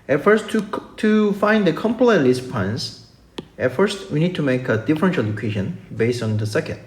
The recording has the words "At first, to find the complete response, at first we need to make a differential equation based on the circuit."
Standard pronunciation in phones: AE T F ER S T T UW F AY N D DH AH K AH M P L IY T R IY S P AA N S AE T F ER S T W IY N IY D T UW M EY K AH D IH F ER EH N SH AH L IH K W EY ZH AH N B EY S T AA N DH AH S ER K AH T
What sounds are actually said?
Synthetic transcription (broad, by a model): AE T F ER S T T UW F AY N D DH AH K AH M P L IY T L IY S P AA N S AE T F ER S T W IY N IY D T UW M EY K AH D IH F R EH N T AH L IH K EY SH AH N B EY S T AA N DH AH S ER K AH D